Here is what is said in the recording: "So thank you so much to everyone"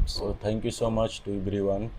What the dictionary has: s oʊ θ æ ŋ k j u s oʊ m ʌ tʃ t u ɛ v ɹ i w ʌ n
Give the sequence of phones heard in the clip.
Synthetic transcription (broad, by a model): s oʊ t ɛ ŋ k j u s oʊ m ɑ tʃ t u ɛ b ɹ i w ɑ n